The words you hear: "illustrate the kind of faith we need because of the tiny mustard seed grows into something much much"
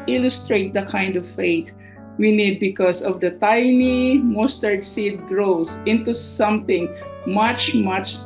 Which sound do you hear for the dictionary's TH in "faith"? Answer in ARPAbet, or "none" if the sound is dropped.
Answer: T